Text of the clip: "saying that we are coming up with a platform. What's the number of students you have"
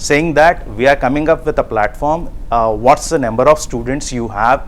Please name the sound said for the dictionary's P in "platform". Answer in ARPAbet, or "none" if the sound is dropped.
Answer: P